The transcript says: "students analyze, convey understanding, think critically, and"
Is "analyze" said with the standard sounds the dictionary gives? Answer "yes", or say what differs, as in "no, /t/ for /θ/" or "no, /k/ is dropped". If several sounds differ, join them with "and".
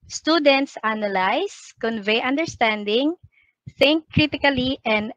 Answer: no, /s/ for /z/